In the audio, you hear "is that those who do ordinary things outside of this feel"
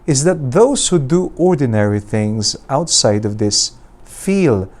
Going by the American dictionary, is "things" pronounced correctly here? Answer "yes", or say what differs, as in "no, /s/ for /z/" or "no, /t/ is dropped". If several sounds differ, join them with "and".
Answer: yes